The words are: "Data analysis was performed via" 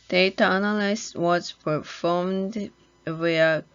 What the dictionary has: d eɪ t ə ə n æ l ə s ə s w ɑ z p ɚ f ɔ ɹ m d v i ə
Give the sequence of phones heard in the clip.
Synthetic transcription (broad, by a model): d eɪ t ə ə n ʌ l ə ə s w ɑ s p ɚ f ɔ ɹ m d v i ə